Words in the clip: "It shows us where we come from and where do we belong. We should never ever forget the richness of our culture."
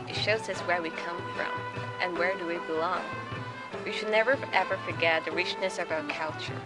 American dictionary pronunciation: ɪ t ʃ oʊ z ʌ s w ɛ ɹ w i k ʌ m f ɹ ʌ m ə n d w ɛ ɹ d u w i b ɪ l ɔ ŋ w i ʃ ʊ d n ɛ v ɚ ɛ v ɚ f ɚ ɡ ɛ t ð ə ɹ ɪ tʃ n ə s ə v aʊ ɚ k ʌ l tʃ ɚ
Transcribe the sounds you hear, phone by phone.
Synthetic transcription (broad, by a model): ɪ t ʃ oʊ z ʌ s w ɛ ɹ w i k ʌ m f ɹ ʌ m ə n w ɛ ɹ d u w i b ɪ l ɔ ŋ w i ʃ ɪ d n ɛ v ɚ ɛ v ɚ f ɚ ɡ ɛ t ð ə ɹ ɪ tʃ n ə s ə v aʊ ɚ k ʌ l tʃ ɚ